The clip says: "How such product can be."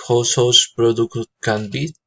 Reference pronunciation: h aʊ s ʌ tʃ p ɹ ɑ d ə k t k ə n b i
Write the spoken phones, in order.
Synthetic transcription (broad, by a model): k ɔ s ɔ s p ɹ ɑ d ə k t k ə n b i